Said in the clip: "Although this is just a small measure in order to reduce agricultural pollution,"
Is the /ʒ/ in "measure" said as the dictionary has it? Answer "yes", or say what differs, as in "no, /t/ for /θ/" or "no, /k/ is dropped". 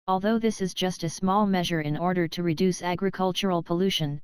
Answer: yes